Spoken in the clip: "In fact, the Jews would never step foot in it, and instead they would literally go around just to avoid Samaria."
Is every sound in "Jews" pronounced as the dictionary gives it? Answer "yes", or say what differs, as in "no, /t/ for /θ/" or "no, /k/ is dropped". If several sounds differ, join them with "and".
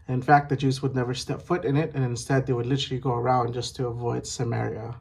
yes